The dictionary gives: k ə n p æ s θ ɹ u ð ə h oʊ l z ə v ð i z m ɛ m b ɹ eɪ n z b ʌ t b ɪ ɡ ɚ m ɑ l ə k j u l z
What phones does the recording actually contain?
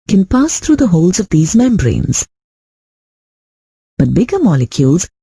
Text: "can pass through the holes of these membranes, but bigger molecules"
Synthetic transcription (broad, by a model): k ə n p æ s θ ɹ u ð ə h oʊ l z ə v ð i z m ɛ m b ɹ eɪ n z b ʌ t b ɪ ɡ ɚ m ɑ l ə k j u l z